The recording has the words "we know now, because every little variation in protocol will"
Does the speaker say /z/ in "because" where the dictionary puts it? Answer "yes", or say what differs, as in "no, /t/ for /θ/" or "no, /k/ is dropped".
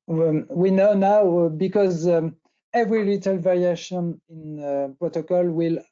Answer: yes